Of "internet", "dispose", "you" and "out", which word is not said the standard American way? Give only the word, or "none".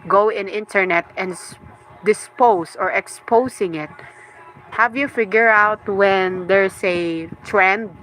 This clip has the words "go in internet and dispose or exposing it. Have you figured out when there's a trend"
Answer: dispose